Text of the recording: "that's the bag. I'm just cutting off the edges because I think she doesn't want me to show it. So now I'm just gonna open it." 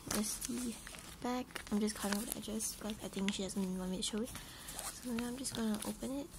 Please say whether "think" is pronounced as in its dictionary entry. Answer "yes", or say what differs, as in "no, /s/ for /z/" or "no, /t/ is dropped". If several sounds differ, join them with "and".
no, /t/ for /θ/